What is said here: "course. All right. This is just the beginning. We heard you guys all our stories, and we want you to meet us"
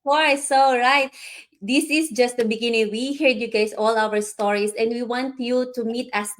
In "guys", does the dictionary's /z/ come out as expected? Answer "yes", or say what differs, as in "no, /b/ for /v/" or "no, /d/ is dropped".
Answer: no, /s/ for /z/